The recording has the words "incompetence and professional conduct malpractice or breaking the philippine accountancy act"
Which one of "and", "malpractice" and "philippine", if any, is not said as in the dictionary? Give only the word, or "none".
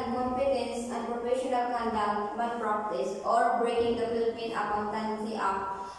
malpractice